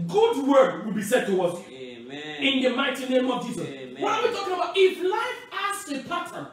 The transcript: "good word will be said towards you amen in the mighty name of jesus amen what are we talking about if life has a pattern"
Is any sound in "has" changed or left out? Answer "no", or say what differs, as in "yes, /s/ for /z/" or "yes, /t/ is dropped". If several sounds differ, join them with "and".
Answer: yes, /s/ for /z/